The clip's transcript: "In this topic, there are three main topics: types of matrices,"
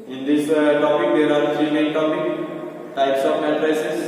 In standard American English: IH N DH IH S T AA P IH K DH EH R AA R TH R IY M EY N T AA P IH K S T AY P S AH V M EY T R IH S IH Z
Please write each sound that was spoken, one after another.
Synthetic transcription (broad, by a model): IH N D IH S T AA P IH K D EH R AA R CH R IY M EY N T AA P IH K T AY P S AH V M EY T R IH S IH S